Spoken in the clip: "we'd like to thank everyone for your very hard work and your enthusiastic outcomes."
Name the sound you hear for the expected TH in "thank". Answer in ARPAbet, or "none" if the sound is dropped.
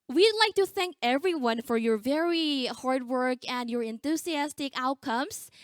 TH